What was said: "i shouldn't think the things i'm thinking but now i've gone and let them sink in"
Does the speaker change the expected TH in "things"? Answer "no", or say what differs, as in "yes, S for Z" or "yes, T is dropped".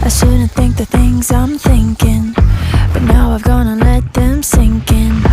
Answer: no